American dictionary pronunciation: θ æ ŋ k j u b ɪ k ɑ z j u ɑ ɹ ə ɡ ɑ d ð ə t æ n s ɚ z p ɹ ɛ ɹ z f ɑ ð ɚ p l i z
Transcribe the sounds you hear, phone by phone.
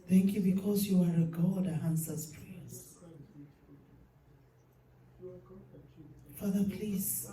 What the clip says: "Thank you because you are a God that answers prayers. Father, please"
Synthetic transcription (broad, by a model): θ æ ŋ k j u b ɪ k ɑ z j u ɑ ɹ ə ɡ ɑ d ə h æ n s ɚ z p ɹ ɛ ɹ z f ɑ ð ɚ p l i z